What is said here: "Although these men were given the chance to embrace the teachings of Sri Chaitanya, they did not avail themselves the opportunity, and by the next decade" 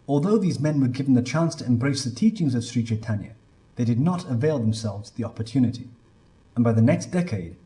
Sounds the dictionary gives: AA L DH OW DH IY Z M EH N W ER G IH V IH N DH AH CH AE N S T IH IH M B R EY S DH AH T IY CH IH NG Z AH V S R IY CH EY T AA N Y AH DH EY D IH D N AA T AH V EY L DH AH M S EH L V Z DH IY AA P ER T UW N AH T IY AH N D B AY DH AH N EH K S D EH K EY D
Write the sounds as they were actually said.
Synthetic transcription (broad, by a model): AA L DH OW DH IY Z M EH N W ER G IH V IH N DH AH CH AE N S T IH IH M B R EY S DH AH T IY CH IH NG Z AH V S R IY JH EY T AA N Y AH DH EY D IH D N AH T AH V EY L DH AH M S EH L V Z DH IY AA P ER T UW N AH T IY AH N B AY DH AH N EH K S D EH K EY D